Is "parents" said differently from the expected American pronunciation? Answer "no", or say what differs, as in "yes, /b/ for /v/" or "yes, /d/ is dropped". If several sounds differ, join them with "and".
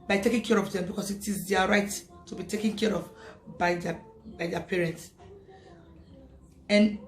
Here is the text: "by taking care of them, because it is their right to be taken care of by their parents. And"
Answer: no